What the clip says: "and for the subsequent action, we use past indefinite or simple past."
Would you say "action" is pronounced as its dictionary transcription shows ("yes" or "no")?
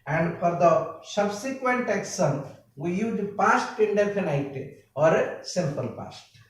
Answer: no